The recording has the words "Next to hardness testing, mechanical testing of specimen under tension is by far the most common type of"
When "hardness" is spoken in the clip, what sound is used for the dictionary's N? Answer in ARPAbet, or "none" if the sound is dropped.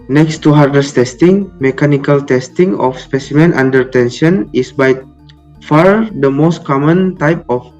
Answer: none